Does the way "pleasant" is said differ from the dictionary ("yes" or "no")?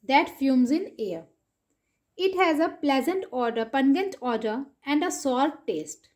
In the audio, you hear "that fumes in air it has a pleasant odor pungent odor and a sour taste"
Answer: no